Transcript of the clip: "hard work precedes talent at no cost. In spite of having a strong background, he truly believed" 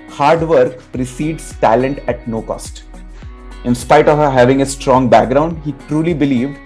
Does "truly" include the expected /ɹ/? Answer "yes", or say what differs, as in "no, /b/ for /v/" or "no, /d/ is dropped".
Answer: yes